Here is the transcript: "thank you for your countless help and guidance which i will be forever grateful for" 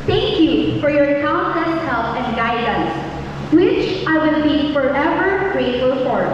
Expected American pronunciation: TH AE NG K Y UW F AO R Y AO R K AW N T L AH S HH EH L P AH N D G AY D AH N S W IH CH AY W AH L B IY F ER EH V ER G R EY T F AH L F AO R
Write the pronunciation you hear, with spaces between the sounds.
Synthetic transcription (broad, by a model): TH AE NG K Y UW F AO R Y AO R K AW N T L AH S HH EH L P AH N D G AY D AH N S W IH CH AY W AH N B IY F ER EH V ER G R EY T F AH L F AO R